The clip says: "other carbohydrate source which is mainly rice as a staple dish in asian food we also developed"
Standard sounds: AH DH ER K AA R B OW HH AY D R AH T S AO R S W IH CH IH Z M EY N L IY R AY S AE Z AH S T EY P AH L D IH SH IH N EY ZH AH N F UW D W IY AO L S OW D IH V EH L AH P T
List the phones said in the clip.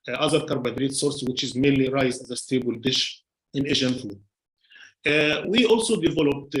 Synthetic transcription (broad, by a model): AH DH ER K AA R B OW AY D R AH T S AO R S W IH CH IH Z M EY N L IY R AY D AE Z AH S T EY B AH L D IH SH IH N EY ZH AH N F UW D W IY AO L S OW D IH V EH L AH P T